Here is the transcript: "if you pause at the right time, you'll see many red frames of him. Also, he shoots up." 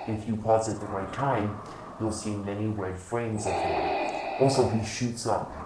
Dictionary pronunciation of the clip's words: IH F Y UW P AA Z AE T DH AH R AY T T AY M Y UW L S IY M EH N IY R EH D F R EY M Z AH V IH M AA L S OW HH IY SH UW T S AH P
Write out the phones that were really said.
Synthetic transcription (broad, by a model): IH F Y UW P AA S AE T DH AH R AY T T AY M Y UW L S IY M EH N IY W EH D F R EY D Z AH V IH AA L S OW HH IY SH UW T S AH P